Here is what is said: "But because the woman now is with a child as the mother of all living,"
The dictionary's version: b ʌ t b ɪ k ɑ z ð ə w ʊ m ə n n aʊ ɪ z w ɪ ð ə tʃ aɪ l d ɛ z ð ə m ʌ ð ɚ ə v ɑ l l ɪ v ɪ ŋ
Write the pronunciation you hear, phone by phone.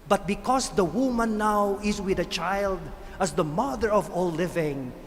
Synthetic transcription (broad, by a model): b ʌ t b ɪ k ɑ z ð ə w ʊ m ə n n aʊ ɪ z w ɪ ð ə tʃ aɪ l d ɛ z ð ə m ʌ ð ɚ ə v ɑ l l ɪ v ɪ ŋ